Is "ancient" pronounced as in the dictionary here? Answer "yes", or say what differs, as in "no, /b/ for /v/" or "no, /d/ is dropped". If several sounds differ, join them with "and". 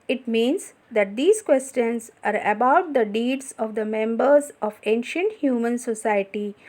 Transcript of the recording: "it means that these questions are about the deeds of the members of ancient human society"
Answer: yes